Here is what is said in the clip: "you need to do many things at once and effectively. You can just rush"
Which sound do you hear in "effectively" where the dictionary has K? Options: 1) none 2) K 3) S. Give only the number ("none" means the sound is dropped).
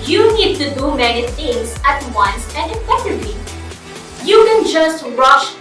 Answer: 1